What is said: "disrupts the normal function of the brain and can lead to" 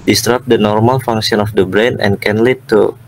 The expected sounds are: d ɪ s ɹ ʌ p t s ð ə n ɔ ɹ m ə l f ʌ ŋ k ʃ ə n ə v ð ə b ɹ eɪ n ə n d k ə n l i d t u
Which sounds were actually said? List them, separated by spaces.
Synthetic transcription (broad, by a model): d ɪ s ɹ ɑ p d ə n ɔ ɹ m ə l f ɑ ŋ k s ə n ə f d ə b ɹ eɪ n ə n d k ə n l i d t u